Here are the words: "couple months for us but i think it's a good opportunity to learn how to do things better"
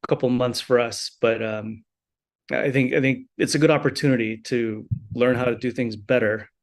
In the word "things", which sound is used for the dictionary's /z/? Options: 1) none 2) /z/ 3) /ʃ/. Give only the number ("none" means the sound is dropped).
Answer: 2